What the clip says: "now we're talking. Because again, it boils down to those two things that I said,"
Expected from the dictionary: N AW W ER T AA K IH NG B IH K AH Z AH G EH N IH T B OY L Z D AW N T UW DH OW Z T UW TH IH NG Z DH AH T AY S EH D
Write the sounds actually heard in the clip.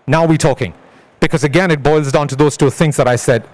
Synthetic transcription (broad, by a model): N AW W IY T AA K IH NG B IH K AH Z AH G EH N IH T B OY L Z D AW N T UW DH OW Z T UW TH IH NG Z DH AH T AY S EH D